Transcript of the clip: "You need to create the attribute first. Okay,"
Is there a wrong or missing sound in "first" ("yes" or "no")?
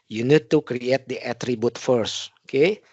yes